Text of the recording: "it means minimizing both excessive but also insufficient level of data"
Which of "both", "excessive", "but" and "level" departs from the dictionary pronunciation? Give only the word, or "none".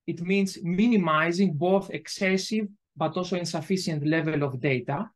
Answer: none